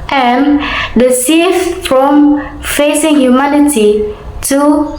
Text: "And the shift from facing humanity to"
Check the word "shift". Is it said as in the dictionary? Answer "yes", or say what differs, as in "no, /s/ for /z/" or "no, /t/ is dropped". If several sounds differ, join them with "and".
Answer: no, /s/ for /ʃ/